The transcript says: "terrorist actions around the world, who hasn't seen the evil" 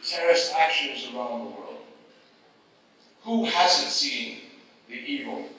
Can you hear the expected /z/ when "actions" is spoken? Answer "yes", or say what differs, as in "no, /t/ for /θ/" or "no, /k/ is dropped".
yes